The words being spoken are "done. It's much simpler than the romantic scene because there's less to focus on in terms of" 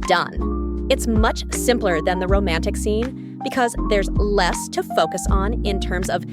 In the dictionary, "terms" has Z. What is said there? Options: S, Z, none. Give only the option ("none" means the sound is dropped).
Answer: Z